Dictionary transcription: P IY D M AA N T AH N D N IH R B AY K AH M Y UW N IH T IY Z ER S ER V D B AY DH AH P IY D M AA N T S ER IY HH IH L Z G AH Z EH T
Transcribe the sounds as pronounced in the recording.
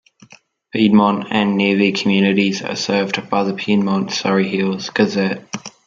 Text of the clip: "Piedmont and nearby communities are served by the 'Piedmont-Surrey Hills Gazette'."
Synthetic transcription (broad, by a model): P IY D M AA N T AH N N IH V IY K AH M Y UW N IH T IY Z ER S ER V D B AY DH AH P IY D M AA N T S ER IY HH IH L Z G AH Z EH T